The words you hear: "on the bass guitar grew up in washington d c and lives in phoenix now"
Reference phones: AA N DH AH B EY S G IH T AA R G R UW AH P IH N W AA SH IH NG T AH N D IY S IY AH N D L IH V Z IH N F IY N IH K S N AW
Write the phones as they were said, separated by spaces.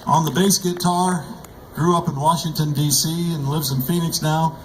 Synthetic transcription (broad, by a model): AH N DH AH B EY S G IH T AA R G R UW AH P IH N W AA SH IH NG T AH N D IY S IY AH N L IH V Z IH N F IY N IH K S N AW